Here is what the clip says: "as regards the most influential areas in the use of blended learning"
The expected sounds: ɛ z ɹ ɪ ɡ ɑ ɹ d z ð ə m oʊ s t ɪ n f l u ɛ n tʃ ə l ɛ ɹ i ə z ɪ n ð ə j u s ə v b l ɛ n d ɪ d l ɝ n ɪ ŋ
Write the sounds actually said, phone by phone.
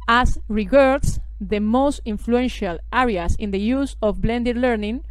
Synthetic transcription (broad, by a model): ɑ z ɹ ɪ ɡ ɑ ɹ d s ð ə m oʊ s t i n f l u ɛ n ʃ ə l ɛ ɹ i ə s ɪ n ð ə j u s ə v b l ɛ n d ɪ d l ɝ n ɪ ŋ